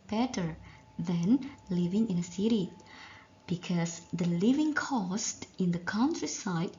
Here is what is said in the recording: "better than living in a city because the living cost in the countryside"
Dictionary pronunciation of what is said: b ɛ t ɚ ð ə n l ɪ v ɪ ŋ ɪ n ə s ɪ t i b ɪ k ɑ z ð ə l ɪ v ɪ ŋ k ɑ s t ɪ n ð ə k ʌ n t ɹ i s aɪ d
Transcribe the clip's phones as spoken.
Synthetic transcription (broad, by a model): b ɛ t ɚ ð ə n l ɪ v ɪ ŋ ɪ n ə s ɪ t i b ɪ k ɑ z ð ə l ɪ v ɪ ŋ k ɑ s t ɪ n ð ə k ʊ n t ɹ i s aɪ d